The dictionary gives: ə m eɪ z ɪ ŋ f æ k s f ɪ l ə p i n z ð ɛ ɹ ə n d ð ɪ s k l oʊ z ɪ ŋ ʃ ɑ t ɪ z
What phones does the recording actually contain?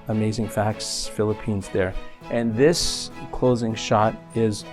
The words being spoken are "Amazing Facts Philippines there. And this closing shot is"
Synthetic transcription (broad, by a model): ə m eɪ z ɪ ŋ f æ k s f ɪ l ə p i n z ð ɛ ɹ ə n ð ɪ s k l oʊ z ɪ ŋ ʃ ɑ t ɪ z